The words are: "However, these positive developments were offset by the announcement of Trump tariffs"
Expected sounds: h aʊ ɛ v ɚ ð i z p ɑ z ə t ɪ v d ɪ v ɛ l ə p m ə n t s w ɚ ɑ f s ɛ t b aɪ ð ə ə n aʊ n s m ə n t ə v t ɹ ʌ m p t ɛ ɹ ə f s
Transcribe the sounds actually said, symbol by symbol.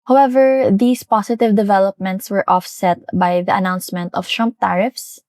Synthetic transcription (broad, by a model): h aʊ ɛ v ɚ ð i s p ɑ s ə t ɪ v d ɪ v ɛ l ə p m ə n t s w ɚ ɑ f s ɛ t b aɪ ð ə ə n aʊ n s m ə n t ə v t ɹ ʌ m p t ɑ ɹ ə f s